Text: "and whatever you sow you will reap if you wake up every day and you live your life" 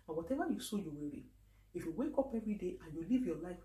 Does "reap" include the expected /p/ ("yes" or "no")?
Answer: no